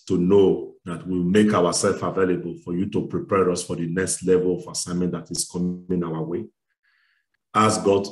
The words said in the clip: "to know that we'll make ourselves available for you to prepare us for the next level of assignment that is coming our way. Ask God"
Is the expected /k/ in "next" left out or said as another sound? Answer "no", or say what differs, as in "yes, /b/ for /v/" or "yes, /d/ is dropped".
no